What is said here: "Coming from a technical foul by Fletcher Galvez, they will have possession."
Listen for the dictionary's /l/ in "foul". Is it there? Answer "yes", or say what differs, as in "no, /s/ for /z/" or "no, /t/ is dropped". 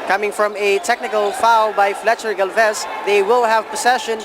yes